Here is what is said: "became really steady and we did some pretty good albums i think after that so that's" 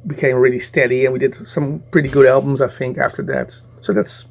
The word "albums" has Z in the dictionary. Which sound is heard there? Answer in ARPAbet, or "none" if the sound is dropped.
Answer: Z